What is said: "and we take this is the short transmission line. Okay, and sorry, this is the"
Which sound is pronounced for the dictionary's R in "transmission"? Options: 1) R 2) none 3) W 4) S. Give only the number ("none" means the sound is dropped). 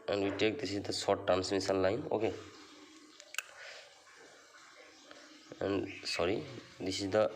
2